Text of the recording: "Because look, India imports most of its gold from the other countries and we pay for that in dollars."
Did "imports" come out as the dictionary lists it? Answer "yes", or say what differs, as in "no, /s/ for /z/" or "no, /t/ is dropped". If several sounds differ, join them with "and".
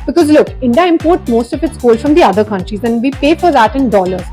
no, /s/ is dropped